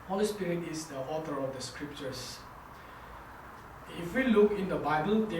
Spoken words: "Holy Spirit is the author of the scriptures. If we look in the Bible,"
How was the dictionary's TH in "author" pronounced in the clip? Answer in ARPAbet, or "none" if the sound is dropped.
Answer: T